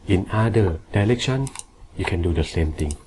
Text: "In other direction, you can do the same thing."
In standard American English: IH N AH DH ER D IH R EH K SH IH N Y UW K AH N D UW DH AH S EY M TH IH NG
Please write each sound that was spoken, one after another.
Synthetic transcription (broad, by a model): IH N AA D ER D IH L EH K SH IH N Y UW K AH N D UW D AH S EY M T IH NG